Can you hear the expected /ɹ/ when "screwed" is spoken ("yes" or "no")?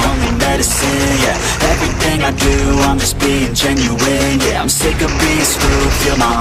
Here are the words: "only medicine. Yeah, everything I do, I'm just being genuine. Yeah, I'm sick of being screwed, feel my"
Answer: no